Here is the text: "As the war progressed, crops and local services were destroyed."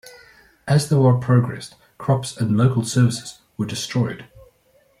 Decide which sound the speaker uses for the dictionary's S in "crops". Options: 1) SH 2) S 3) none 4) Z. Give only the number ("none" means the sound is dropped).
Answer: 2